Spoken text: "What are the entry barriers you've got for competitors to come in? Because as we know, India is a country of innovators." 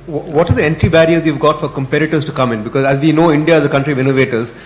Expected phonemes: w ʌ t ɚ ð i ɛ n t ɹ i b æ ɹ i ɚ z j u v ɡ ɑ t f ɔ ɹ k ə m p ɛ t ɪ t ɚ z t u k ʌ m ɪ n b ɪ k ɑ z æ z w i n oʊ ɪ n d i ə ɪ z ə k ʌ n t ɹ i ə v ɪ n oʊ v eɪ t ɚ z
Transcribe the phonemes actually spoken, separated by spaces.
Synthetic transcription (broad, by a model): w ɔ t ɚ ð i ɛ n t ɹ i b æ ɹ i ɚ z j u v ɡ ɑ t f ɔ ɹ k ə m p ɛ t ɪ t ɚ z t u k ʌ m ɪ n b ɪ k ɑ z æ z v i n oʊ ɪ n d i ə ɪ z ə k ʌ n t ɹ i ə v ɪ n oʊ v eɪ t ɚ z